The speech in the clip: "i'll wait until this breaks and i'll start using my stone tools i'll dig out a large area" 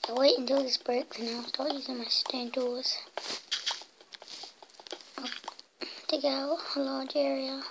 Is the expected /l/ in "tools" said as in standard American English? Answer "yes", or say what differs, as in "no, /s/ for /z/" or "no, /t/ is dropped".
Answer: no, /l/ is dropped